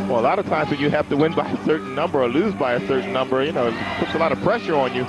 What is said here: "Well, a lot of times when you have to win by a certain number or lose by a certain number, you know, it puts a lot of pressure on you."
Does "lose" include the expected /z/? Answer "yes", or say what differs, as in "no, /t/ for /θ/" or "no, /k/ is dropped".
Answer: yes